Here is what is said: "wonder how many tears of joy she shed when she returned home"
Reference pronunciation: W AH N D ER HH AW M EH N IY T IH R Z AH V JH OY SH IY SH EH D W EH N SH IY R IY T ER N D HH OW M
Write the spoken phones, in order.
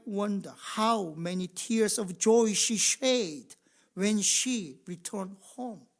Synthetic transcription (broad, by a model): W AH N D ER HH AW M EH N IY T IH R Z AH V JH OY SH IY SH EH D W EH N SH IY R IY T ER N D HH OW M